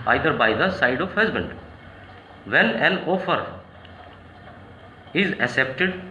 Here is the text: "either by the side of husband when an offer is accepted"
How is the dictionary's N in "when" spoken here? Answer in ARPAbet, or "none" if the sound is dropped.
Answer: L